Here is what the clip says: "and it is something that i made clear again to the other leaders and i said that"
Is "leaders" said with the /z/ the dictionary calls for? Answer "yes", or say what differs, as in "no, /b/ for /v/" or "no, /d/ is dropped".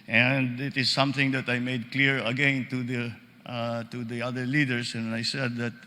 no, /s/ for /z/